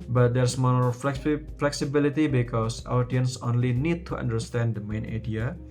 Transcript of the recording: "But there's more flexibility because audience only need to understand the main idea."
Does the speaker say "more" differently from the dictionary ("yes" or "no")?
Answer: yes